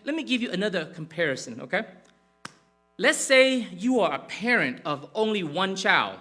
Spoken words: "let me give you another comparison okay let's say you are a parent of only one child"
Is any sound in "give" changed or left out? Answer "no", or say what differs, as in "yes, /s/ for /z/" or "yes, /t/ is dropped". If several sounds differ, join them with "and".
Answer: no